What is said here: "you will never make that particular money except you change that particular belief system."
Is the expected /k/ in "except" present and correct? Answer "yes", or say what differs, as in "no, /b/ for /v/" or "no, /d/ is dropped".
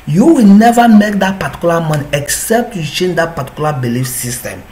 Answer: yes